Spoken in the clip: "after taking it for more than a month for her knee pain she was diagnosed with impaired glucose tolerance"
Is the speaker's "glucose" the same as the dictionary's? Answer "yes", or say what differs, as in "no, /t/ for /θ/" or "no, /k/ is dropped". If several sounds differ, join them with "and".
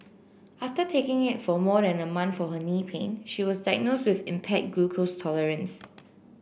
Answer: no, /l/ is dropped